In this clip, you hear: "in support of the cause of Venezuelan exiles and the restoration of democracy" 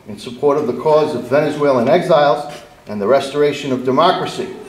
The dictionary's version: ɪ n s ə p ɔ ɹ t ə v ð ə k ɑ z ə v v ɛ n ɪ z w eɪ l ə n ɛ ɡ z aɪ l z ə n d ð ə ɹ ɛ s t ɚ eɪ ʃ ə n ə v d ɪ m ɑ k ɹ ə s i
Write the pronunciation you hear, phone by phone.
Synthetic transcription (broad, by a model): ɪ n s ə p ɔ ɹ t ə v ð ə k ɑ z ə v v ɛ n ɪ z w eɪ l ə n ɛ ɡ z aɪ l z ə n ð ə ɹ ɛ s t ɚ eɪ ʃ ə n ə v d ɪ m ɑ k ɹ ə s i